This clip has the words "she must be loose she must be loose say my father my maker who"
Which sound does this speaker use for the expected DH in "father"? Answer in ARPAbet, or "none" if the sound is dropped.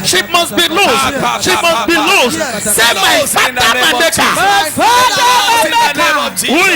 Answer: none